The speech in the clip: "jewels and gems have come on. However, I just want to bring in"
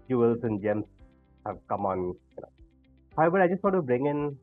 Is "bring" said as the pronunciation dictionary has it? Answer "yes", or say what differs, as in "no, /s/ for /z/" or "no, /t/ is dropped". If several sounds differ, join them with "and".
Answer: yes